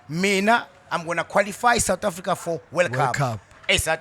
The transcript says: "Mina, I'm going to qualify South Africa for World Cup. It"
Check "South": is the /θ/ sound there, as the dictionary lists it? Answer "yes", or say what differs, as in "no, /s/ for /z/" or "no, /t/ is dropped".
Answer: no, /t/ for /θ/